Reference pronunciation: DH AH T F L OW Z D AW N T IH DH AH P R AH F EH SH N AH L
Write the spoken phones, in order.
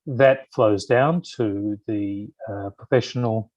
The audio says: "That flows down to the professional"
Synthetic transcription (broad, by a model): DH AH T F L OW Z D AW N T IH DH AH P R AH F EH SH N L